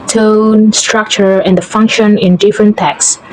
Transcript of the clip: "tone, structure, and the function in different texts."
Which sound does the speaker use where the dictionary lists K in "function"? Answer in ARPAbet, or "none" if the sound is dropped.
K